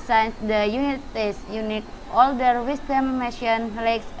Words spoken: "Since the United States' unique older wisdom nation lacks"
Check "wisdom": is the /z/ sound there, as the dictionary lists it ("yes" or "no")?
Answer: no